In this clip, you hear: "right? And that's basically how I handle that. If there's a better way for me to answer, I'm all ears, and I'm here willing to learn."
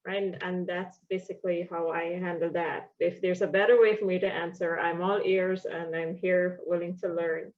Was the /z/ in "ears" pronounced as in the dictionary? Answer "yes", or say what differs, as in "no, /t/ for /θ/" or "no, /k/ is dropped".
yes